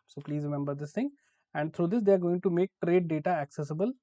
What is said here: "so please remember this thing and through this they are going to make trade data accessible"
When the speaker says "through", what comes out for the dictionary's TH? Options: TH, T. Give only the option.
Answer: T